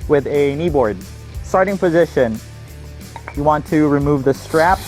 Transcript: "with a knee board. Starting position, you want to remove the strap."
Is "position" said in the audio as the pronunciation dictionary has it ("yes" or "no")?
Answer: yes